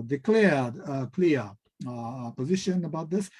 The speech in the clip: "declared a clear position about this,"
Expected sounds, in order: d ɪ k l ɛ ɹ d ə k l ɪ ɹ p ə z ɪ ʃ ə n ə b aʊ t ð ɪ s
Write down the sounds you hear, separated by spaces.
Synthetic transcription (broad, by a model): d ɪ k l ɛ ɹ d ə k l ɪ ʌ p ə z ɪ ʃ ə n ə b aʊ t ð ɪ s